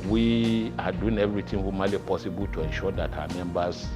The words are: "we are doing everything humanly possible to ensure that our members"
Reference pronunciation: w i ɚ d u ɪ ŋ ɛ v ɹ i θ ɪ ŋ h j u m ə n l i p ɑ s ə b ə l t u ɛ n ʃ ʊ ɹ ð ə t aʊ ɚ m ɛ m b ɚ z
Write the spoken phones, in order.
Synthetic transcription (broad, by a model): w i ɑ d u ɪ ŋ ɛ v ɹ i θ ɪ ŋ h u m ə l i p ɑ s ə b ə l t u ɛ n ʃ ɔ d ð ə t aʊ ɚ m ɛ m b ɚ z